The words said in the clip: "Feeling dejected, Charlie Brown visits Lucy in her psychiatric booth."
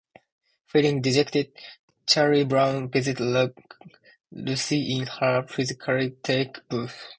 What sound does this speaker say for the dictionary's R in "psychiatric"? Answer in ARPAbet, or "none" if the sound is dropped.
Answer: none